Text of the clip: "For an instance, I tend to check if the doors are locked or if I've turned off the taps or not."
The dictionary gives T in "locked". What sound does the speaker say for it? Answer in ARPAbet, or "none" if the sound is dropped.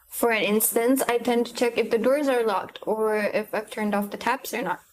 T